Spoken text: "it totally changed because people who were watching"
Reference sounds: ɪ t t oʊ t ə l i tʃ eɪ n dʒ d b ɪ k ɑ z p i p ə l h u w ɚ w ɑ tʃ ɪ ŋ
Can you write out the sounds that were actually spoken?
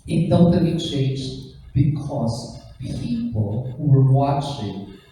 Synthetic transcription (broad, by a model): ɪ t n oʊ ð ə i tʃ eɪ n dʒ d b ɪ k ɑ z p i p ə l h u w ɚ w ɑ tʃ ɪ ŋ